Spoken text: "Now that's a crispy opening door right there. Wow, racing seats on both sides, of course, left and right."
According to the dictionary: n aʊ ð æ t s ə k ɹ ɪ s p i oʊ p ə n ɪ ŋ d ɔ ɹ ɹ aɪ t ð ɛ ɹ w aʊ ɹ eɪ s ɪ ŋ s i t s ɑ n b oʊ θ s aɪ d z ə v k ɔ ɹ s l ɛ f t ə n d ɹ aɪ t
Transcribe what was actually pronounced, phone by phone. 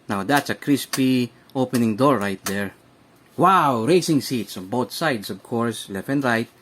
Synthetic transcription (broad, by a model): n aʊ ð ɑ t s ə k ɹ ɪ s p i oʊ p ə n ɪ ŋ d ɔ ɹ ɹ aɪ t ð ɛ ɹ w aʊ ɹ eɪ s ɪ ŋ s i t s ɑ n b oʊ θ s aɪ d s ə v k ɔ ɹ s l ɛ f ə n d ɹ aɪ t